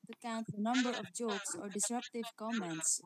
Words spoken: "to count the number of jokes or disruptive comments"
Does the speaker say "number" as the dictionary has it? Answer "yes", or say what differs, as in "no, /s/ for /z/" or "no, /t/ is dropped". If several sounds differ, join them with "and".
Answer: yes